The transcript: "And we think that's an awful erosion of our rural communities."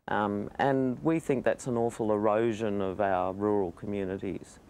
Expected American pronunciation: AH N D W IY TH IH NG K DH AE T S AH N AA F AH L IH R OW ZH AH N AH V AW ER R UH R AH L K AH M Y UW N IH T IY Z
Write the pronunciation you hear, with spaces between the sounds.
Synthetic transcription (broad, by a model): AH N W IY TH IH NG K DH AE T S AH N AA F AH L IH R OW ZH AH N AH V AW ER R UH R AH L K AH M Y UW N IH T IY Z